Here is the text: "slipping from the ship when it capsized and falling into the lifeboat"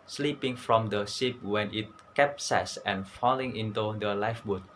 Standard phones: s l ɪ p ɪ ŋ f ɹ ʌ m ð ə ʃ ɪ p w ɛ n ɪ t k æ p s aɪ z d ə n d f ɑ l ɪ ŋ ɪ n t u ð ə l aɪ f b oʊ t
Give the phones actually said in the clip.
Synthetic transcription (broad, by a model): s l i p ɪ ŋ f ɹ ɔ m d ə s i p w ɛ n ɪ t k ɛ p s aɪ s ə n f ɑ l ɪ ŋ ɪ n t u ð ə l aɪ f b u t